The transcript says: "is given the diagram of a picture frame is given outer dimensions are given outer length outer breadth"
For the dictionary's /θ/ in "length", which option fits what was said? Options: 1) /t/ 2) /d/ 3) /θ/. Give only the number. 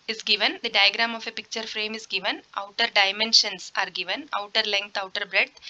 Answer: 1